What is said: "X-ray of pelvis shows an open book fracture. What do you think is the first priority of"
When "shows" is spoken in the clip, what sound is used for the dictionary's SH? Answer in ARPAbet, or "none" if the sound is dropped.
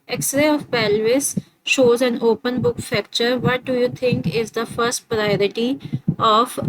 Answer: SH